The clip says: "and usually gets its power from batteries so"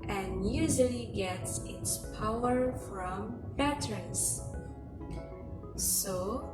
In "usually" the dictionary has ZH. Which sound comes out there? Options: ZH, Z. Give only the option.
Z